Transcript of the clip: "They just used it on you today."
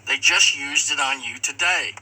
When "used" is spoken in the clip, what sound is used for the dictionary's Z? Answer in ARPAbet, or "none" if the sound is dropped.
Z